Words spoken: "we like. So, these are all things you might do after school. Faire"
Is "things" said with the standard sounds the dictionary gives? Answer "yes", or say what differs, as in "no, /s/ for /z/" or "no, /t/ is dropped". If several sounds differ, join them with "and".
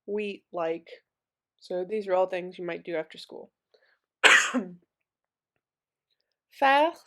yes